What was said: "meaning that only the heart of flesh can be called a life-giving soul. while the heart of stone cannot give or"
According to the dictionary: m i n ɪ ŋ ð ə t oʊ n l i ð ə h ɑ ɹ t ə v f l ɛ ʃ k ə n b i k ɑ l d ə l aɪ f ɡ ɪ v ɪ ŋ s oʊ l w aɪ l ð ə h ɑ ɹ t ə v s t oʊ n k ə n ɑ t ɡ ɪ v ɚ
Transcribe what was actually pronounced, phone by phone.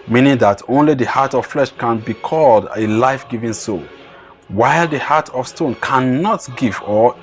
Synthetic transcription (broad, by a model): m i n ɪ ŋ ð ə t oʊ n l i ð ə h ɑ t ə v f l ɛ ʃ k ə n b i k ɑ l d ə l aɪ f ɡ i v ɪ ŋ s oʊ l w aɪ l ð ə h ɑ t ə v s t oʊ n k ə n ɑ t ɡ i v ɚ